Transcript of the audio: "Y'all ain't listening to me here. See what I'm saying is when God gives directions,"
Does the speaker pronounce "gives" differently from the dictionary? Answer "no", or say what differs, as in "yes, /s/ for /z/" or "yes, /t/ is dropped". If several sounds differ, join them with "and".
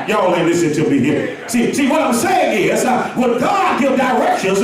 yes, /z/ is dropped